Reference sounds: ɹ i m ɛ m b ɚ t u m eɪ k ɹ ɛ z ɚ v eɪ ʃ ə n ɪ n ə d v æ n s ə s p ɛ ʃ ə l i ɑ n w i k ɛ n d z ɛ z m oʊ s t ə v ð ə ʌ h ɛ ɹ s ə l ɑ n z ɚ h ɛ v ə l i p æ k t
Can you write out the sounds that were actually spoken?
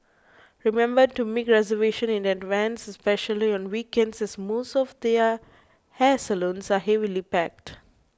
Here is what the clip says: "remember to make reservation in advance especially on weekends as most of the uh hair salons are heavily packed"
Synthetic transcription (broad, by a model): ɹ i m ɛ m b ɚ t u m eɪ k ɹ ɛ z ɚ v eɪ ʃ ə n ɪ n ə d v æ n s ə s p ɛ ʃ ə l i ɑ n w i k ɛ n d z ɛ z m oʊ s t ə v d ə ʌ h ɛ s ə l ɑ n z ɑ h ɛ v ə l i p æ k t